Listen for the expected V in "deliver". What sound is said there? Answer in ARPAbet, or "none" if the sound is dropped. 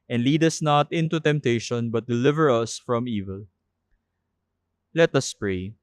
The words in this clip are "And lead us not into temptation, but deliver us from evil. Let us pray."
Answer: V